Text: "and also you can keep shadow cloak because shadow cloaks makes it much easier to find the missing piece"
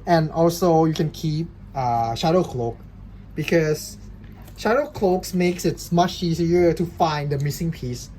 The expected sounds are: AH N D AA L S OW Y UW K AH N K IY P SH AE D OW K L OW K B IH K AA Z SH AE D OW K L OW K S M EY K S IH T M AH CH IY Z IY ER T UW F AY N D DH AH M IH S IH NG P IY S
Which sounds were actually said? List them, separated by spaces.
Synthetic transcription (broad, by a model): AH N AA L S OW Y UW K AH N K IY P SH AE D OW K L OW K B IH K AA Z SH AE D OW K L OW K S M EY K S IH T M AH CH IY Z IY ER T UW F AY N D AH M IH S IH NG P IY S